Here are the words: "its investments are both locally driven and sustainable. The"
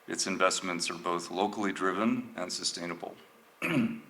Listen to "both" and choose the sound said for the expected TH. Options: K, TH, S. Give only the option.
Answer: TH